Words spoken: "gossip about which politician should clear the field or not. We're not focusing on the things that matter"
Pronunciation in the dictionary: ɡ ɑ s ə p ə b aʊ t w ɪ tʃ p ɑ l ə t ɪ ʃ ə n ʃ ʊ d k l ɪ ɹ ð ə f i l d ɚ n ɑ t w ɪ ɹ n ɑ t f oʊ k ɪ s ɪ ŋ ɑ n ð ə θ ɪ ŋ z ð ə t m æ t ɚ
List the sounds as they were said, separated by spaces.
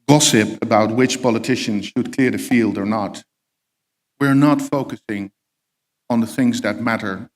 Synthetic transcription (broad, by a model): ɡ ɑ s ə p ə b aʊ t w ɪ tʃ p ɑ l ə t ɪ ʃ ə n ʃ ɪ d k l ɪ ɹ ð ə f i l d ɚ n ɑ t w ɪ ɹ n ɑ t f oʊ k ɪ s ɪ ŋ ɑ n ð ə θ ɪ ŋ z ð ə t m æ t ɚ